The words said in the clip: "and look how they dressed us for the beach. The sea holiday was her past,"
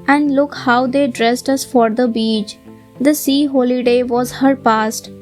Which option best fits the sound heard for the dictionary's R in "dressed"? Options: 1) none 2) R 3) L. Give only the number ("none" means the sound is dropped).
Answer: 2